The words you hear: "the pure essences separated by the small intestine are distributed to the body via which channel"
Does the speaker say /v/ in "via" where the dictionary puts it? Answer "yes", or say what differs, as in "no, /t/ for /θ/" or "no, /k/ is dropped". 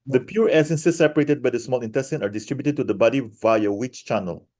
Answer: yes